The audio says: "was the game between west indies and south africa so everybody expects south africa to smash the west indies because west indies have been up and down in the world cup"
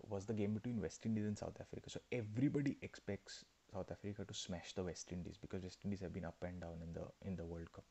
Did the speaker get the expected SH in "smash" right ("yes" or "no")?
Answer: yes